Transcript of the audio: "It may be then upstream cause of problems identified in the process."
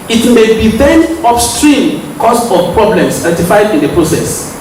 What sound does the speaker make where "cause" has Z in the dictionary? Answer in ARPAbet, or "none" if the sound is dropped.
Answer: S